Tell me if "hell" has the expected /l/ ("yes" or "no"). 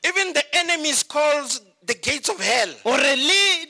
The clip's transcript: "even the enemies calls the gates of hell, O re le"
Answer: yes